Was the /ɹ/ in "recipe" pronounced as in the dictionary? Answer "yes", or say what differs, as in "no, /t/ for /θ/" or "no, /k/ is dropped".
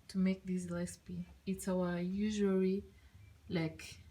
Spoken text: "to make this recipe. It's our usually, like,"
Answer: no, /l/ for /ɹ/